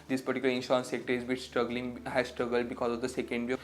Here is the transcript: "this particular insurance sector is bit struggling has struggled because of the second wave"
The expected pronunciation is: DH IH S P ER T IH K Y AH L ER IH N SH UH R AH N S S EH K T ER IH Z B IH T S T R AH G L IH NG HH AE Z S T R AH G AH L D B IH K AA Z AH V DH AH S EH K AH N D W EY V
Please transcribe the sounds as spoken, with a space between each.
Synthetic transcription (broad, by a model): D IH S P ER T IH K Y L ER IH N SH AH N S S EH K T ER IH Z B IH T S T R AH G L IH NG HH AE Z S T R AH G AH L D B IH K AA Z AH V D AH S EH K AH N D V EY